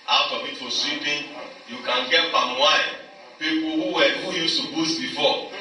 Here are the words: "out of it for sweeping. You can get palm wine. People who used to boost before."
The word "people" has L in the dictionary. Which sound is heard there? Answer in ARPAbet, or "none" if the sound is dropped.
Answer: W